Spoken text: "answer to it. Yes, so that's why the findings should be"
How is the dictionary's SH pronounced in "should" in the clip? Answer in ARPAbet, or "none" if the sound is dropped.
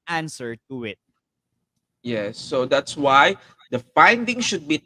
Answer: SH